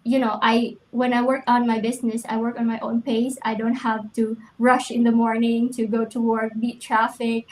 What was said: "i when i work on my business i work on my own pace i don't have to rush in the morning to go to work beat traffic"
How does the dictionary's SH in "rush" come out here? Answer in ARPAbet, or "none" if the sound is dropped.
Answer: SH